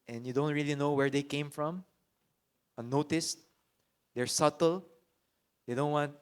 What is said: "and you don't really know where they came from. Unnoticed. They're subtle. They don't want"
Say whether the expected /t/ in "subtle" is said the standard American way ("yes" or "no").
yes